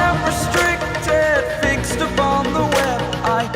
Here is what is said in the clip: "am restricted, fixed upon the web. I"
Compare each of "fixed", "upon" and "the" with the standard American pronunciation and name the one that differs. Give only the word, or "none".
none